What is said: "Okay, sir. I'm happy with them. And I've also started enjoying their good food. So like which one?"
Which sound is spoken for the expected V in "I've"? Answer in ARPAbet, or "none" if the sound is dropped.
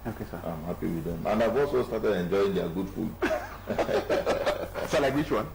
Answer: V